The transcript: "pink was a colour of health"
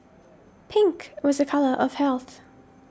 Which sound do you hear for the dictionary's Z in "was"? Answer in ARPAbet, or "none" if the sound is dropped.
Z